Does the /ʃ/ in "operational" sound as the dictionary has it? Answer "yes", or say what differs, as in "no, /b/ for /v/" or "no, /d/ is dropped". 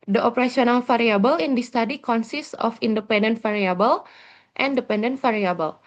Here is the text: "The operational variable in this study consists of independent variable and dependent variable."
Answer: no, /s/ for /ʃ/